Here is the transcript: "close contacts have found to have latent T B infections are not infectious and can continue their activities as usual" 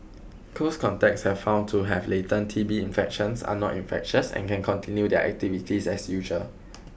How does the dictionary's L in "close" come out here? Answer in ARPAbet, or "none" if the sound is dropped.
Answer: none